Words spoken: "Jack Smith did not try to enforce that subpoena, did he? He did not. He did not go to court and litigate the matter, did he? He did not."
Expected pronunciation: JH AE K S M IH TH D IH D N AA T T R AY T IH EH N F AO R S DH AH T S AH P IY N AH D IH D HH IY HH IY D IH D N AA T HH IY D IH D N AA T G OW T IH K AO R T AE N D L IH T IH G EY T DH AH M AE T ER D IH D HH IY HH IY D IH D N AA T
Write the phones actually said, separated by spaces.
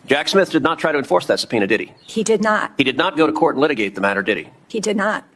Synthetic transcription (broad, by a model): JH AE K S M IH TH D IH D N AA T T R AY T IH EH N F AO R S DH AH T S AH P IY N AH D IH D IY HH IY D IH D N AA T HH IY D IH D N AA T G OW T IH K AO R T N L IH T IH G EY T DH AH M AE T ER D IH D IY HH IY D IH D N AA T